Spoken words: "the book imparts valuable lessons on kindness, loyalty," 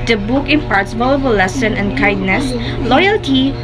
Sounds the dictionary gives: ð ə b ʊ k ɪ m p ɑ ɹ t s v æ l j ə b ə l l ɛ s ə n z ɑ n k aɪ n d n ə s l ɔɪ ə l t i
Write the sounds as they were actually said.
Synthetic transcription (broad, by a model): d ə b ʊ k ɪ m p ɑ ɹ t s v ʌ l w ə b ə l l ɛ s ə n ɛ n k aɪ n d n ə s l ɔɪ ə l t i